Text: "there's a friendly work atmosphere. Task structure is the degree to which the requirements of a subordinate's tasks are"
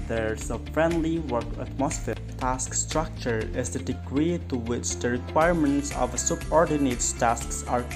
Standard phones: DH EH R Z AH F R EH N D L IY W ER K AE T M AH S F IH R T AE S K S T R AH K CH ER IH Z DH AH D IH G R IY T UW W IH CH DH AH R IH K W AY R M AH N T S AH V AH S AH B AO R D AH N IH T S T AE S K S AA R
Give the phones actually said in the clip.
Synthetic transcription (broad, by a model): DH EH R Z AH F R EH N D L IY W ER K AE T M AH S F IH T AE S K S T R AH K CH ER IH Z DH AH D IH G R IY T UW W IH CH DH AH R IH K W AY R M AH N T S AH V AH S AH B AO R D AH N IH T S T AE S K S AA R